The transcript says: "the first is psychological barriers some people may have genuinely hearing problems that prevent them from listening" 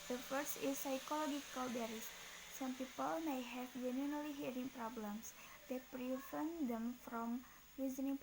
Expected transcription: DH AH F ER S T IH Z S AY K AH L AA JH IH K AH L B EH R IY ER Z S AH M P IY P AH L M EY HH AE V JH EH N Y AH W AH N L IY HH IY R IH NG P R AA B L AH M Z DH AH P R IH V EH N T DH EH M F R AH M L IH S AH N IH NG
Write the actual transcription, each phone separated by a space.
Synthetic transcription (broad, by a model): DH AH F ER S IH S AY K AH L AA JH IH K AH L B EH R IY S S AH M P IY P AH L M EY HH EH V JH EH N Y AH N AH L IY HH IY R IH NG P R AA B L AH M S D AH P R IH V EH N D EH M F R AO M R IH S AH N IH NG